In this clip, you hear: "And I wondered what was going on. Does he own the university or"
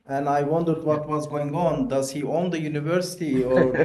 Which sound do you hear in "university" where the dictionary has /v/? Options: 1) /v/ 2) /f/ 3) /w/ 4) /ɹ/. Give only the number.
1